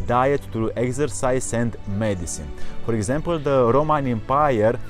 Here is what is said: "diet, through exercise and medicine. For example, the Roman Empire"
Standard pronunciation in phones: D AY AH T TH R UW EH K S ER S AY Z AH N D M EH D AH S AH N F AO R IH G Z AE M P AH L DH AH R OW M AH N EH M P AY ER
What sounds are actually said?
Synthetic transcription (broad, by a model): D AY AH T T R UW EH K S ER S AY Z AH N D M EH D AH S AH N F AO R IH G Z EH M P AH L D AH R OW M AH N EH M P AY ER